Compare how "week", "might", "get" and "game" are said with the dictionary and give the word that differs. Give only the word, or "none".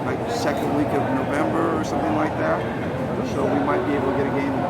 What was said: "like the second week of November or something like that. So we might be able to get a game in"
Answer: game